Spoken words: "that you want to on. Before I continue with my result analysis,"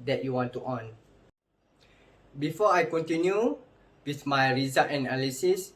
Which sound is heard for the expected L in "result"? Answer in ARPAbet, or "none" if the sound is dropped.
none